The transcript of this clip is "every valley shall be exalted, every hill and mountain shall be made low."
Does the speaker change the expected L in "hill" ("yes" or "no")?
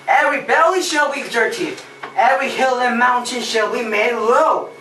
no